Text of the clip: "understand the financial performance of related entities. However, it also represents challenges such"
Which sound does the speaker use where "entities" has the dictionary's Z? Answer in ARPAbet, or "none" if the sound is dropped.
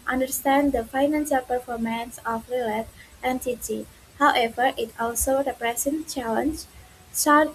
none